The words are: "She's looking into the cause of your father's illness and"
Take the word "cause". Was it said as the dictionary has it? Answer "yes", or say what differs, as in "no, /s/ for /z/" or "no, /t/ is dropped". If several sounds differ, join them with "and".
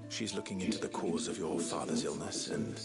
yes